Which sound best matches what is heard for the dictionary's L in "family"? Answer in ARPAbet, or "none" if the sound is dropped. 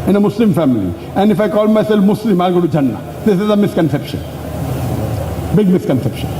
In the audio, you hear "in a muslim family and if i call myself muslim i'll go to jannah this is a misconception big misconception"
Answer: L